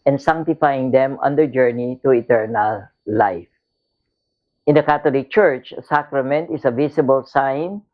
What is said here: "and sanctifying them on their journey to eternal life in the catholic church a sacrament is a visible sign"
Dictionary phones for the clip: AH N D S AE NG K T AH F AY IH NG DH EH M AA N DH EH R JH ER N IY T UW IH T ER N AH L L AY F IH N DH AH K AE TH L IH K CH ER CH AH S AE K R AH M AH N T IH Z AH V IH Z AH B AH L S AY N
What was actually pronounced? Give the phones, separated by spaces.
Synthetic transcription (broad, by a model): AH N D S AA NG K T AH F AY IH NG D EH M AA N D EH JH ER N IY T UW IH T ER N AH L L AY F IH N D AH K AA T L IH K CH ER CH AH S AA K R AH M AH N T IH S AH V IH S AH B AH L S AY N